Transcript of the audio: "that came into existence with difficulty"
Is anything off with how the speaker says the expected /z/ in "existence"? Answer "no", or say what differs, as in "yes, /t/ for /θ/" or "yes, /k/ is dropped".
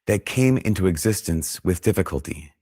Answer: no